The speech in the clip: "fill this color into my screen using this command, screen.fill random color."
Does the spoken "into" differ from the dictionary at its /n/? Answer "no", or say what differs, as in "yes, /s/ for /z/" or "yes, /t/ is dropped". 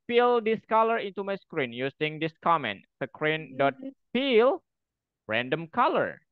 no